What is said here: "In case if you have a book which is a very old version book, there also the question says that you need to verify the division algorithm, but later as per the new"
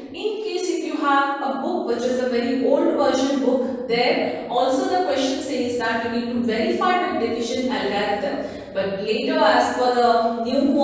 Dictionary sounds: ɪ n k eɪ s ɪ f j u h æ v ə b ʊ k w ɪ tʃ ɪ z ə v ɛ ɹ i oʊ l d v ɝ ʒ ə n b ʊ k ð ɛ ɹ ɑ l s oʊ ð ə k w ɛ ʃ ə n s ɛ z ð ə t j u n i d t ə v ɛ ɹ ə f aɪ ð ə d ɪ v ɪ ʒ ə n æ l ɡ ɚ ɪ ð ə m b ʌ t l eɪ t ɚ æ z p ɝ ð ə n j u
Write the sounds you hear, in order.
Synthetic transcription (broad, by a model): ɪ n k eɪ s ɪ f j u h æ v ə b ʊ k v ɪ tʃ ɪ z ə v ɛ ɹ i oʊ l d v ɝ ʃ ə n b ʊ k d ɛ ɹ ɑ l s oʊ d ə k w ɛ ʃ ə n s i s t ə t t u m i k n v ɛ ɹ ə f aɪ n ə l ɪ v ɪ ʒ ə n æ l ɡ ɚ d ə b ʌ t l eɪ t ɚ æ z f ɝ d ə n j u